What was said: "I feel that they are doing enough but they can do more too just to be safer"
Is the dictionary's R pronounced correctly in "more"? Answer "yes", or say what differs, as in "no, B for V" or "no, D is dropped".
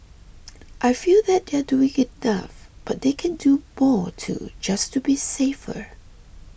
yes